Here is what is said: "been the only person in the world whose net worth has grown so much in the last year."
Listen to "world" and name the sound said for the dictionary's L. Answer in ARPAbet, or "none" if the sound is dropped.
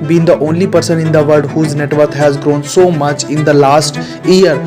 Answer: none